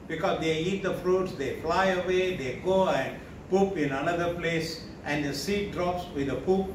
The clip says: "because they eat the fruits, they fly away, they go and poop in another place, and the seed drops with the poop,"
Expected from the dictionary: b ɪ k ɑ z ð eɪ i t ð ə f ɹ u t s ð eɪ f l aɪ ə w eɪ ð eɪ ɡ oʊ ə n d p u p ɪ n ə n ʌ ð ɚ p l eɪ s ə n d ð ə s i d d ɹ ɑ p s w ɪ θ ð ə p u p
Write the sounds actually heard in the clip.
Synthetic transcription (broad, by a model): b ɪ k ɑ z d eɪ i t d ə f ɹ u t s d eɪ f l aɪ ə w eɪ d eɪ ɡ oʊ ə n d p u p ɪ n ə n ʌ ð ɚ p l eɪ s ə n d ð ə s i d d ɹ ɑ p s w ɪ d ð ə p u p